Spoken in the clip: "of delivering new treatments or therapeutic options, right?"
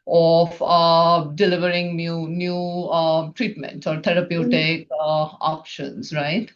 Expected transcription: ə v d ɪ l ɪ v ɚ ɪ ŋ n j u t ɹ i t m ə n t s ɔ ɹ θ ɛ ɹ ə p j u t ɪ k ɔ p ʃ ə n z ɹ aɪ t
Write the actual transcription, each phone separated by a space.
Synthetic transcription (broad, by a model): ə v d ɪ l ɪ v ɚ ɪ ŋ n j u t ɹ i t m ə n t s ɔ ɹ t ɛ ɹ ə p j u t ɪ k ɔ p ʃ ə n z ɹ aɪ t